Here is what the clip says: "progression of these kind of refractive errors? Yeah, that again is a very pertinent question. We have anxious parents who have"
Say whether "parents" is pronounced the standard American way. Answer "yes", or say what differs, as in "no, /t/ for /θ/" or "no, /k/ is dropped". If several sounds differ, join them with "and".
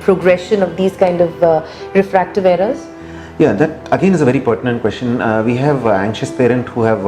no, /s/ is dropped